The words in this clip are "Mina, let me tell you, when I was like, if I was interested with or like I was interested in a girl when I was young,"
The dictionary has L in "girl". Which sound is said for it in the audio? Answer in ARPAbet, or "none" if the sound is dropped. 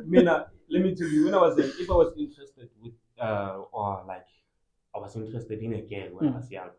N